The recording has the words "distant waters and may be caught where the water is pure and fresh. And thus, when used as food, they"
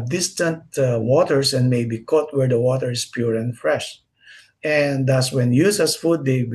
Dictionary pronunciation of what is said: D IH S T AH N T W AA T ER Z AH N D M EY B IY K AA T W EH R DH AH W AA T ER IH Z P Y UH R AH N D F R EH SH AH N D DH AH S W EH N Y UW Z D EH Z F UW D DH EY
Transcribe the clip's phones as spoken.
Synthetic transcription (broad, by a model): D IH S T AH N T W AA T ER S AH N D M EY B IY K AA T W EH R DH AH W AA T ER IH S P Y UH R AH N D F R EH SH AH N D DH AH S W EH N Y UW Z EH S F UW D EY